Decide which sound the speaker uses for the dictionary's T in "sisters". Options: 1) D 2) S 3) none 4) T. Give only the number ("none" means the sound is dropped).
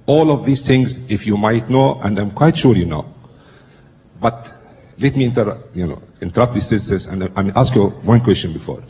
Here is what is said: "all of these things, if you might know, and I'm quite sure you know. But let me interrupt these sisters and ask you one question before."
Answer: 2